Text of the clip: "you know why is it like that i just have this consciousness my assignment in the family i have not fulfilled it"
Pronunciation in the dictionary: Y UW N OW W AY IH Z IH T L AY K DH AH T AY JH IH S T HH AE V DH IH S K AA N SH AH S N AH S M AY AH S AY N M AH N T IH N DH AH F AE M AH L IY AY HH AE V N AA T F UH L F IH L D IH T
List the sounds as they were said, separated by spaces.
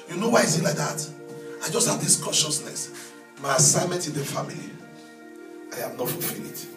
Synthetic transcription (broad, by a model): Y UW N OW W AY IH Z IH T L AY K DH AH T AY JH IH S T HH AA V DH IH S K AA N SH AH S N AH S M AY AH S AY N M AH N T IH N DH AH F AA M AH L IY AY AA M N AA T F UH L F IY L IH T